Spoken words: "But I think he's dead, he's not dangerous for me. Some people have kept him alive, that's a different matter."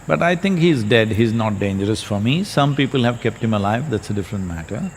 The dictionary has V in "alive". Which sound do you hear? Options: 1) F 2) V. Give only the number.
2